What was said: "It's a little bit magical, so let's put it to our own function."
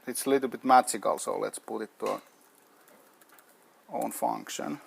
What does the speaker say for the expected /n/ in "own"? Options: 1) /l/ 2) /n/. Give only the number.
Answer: 2